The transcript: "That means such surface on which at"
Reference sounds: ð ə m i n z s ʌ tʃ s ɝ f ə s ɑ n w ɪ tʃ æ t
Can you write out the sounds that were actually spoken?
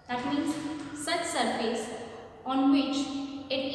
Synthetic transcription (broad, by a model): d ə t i z s ʌ tʃ s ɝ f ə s ɑ n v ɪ tʃ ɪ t